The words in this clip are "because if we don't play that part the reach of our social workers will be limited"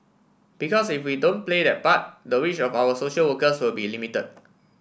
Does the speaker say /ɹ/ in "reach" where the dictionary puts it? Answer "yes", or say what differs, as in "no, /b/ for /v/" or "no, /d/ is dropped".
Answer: no, /w/ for /ɹ/